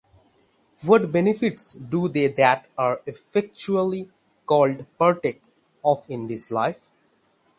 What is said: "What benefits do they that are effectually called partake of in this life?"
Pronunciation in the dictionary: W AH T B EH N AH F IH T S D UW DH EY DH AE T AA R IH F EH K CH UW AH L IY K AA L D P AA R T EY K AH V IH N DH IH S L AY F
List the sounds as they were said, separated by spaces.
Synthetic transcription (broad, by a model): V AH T B EH N AH F IH T S D UW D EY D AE T AA R IH F EH K CH UW AH L IY K AA L D P AA R T EY K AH F IH N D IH S L AY F